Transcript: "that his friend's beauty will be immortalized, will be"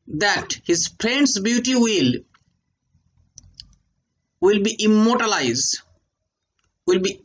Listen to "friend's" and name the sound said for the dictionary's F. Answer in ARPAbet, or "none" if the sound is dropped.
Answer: P